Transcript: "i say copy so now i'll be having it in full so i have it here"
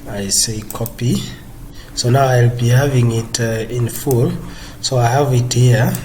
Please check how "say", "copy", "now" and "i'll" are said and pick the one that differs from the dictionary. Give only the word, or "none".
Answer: none